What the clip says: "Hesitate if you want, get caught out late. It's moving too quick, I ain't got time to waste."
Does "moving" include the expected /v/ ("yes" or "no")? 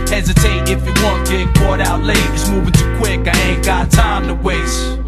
yes